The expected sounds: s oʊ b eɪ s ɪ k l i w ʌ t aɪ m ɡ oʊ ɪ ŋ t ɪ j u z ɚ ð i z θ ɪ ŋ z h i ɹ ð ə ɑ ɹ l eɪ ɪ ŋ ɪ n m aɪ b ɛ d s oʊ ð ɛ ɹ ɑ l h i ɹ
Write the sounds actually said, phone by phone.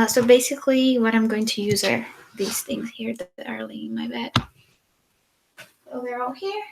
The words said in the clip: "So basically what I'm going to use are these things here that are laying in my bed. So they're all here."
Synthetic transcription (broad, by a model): s oʊ b eɪ s ɪ k l i w ʌ t aɪ m ɡ oʊ ɪ ŋ t ɪ j u z ɚ ð i z θ ɪ ŋ z h i ɹ ð ə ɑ ɹ l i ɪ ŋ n m aɪ b ɛ d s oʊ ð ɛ ɹ ɑ l h i ɹ